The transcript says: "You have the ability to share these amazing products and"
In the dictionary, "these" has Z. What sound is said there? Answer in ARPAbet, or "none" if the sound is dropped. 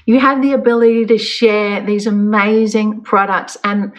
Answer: Z